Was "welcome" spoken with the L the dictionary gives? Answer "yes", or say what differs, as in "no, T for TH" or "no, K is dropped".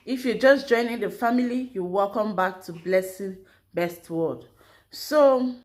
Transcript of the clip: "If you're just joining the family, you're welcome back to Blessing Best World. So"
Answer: yes